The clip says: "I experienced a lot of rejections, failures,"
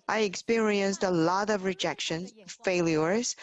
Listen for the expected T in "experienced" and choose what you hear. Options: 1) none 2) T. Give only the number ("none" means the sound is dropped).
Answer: 2